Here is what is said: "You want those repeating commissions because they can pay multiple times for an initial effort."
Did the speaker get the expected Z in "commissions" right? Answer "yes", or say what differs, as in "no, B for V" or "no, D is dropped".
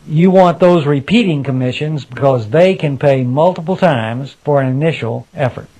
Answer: yes